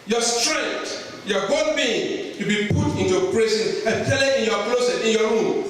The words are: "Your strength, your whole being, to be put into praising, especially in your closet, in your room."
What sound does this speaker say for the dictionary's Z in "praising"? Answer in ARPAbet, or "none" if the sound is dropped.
S